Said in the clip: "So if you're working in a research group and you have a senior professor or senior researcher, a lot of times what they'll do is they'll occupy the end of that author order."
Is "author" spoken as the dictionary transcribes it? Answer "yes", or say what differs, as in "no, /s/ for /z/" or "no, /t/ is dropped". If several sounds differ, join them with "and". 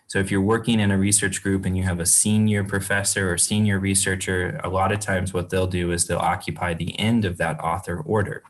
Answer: yes